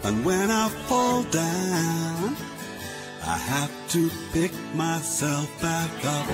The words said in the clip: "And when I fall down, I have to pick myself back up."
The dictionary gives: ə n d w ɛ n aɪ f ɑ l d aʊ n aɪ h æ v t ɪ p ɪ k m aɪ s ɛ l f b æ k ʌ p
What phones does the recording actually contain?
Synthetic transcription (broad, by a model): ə n w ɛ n aɪ f ɑ l d aʊ n aɪ h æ f t ɪ p ɪ k m aɪ s ɛ l f b æ k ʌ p